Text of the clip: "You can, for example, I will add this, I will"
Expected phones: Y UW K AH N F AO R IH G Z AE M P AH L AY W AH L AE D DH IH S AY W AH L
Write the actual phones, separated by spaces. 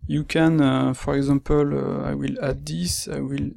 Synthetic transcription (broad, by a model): Y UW K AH N F AO R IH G Z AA P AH L AY W AH L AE D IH S AY W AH L